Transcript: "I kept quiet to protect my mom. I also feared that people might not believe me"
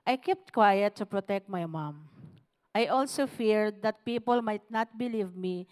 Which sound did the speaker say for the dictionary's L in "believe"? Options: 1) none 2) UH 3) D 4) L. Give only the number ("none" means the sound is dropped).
4